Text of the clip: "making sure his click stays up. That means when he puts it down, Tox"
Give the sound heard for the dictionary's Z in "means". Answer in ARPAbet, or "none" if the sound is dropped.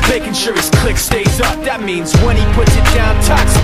Z